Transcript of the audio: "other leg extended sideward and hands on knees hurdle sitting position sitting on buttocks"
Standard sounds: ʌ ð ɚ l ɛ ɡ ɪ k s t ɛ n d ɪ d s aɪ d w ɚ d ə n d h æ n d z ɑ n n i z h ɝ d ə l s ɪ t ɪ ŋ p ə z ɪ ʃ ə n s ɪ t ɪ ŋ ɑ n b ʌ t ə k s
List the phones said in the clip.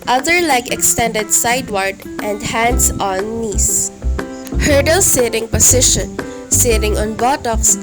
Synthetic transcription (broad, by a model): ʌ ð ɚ l ɛ ɡ ɪ k s t ɛ n d ɪ d s aɪ d w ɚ d ə n d h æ n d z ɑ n n i s h ɝ d ə l s ɪ t ɪ ŋ p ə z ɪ ʃ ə n s ɪ t ɪ ŋ ɑ n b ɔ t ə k s